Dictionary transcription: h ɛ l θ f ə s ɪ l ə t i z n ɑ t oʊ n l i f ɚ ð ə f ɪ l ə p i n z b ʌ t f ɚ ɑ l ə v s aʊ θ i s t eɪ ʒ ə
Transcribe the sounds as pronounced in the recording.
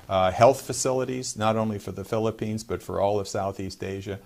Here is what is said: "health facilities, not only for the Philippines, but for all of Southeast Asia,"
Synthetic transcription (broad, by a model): h ɛ l θ f ə s ɪ l ə t i z n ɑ t oʊ n l i f ɚ ð ə f ɪ l ə p i n z b ʌ t f ɚ ɑ l ə v s aʊ θ i s t eɪ ʒ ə